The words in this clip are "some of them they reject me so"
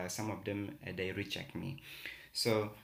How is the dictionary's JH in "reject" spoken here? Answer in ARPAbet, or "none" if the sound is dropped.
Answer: CH